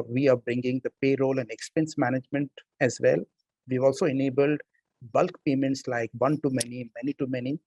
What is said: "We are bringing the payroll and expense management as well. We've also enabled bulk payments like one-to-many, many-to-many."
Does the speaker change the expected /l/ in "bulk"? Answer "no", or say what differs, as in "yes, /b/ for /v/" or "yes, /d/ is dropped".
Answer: no